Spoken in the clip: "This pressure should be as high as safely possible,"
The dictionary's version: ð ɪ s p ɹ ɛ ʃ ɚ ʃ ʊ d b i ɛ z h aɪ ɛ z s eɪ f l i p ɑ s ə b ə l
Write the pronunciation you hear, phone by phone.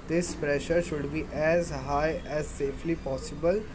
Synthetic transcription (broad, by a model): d ɪ s p ɹ ɛ ʃ ɚ ʃ ʊ d b i ɛ z h aɪ ɛ z s eɪ f l i p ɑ s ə b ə l